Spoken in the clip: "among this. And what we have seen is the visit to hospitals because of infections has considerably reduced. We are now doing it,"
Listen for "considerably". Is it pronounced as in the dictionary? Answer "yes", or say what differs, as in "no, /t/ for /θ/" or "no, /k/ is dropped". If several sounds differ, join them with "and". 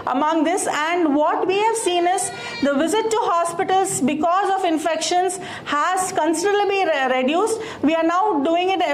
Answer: no, /l/ is dropped